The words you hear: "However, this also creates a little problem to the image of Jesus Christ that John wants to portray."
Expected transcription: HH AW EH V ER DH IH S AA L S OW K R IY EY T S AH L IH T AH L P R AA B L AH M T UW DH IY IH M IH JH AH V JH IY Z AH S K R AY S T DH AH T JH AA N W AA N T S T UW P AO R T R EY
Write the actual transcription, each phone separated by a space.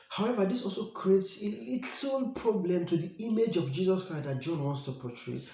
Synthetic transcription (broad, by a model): HH AW EH V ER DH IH S AA L S OW K R IY EY T S AH L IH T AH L P R AA B L AH M T UW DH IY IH M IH JH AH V JH IY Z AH S K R AY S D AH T JH AA N W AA N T S T UW P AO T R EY